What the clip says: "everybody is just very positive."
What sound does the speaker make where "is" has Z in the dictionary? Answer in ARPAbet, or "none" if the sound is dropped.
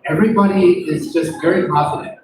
Z